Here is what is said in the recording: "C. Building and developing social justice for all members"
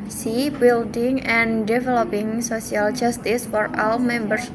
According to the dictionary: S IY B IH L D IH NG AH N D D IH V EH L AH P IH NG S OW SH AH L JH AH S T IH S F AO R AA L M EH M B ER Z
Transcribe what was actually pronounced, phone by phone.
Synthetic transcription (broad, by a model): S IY B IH L D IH NG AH N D D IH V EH L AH P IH NG S OW S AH L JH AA S T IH S F AO R AA L M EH M B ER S